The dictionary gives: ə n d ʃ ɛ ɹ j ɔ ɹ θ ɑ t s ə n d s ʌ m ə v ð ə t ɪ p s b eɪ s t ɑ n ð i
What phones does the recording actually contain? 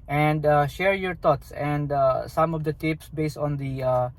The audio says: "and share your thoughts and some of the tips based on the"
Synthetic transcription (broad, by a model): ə n d ʃ ɛ ɹ j ɔ ɹ t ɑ t s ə n d s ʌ m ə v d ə t ɪ p s b eɪ s t ɑ n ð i